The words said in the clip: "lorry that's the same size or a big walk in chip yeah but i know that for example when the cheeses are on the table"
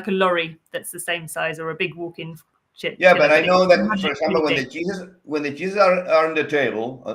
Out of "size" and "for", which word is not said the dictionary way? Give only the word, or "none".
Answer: none